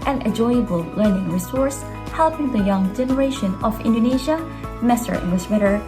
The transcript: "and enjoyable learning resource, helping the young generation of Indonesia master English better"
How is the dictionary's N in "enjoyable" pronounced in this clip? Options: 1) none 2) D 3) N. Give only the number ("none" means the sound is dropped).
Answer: 1